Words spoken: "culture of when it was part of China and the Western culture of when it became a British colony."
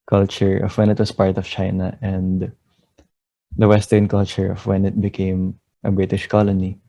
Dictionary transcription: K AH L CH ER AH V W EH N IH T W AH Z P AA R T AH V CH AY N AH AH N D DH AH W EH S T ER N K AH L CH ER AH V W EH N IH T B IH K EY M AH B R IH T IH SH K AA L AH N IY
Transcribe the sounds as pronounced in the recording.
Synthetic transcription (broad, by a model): K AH L CH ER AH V W EH N IH T W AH S P AA R T AH V CH AY N AH AH N D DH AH W EH S T ER N K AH L CH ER AH V W EH N IH T B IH K EY M AH B R IH T IH SH K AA L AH N IY